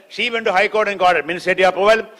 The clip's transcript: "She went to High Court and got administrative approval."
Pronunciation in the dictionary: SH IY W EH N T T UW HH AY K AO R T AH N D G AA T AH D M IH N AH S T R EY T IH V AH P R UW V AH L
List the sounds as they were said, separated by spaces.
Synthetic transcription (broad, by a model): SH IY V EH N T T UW HH AY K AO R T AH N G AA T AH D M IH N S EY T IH AH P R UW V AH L